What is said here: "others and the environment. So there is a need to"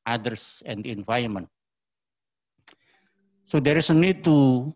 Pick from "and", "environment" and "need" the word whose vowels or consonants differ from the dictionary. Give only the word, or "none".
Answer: environment